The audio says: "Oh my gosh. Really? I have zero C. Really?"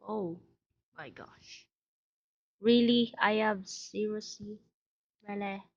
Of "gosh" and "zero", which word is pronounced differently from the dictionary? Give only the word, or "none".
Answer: zero